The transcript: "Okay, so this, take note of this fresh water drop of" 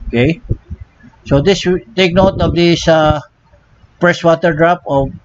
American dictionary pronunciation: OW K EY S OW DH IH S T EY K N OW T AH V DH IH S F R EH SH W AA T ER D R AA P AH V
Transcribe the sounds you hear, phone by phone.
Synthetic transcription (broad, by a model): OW K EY S OW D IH S T EY K N OW T AH V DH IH S P R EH S W AA T ER D R AA P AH